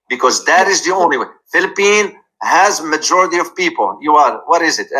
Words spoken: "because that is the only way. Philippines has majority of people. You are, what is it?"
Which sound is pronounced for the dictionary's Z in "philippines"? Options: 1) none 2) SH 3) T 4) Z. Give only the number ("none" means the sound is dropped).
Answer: 1